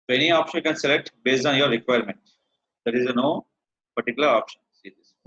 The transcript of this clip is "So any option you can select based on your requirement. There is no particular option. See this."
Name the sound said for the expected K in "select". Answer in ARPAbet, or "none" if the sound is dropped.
K